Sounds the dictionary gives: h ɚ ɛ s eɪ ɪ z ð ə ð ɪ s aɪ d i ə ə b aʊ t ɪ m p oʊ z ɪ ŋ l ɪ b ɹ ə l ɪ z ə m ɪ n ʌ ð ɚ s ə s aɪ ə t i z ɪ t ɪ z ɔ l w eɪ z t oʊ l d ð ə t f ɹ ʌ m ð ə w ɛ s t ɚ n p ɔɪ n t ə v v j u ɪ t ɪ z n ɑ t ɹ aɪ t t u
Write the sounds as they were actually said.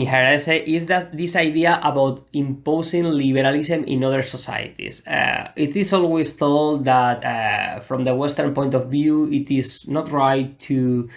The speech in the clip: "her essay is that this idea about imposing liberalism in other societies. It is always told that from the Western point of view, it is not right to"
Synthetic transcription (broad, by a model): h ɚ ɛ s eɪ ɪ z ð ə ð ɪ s aɪ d i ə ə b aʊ t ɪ m p oʊ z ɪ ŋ l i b ɹ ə l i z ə m ɪ n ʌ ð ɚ s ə s aɪ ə t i s ɪ t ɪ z ɔ l w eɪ s t oʊ l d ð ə t f ɹ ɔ m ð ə w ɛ s t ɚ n p ɔɪ n t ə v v j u ɪ t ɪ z n ɑ t ɹ aɪ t t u